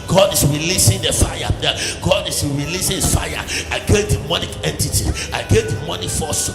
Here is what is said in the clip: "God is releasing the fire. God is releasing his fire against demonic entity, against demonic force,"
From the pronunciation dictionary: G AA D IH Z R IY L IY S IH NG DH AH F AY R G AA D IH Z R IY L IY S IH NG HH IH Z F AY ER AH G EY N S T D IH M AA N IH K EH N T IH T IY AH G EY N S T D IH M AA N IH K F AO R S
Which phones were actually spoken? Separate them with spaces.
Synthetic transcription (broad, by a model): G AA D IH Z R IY L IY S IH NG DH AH F AY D G AA D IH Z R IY L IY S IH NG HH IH S F AY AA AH G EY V D IH M AA N IH K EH N T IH T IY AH G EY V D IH M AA N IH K F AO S